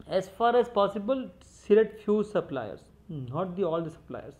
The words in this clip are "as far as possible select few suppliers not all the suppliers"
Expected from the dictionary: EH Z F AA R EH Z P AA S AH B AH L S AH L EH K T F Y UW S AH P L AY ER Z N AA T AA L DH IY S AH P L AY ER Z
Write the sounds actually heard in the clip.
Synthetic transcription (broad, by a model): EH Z F AA R EH Z P AA S AH B AH L S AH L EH T F Y UW S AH P L AY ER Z N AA T AA L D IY S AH P L AY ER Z